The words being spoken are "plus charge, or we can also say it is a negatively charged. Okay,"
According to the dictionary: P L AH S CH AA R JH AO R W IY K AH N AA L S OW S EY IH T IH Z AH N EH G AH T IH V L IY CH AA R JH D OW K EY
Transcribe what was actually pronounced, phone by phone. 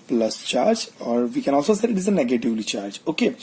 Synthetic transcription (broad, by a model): P L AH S CH AA R JH AO R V IY K AH N AA L S OW S EY IH T IH Z AH N EH G AH T IH V L IY CH AA R JH OW K EY